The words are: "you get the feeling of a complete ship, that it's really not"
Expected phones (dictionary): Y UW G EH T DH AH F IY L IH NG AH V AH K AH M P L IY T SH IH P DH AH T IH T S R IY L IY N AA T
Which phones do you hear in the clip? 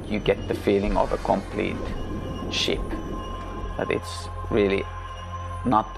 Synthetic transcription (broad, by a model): Y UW G EH T DH AH F IY L IH NG AH V AH K AH M P L IY T SH IH P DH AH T IH T S R IY L IY N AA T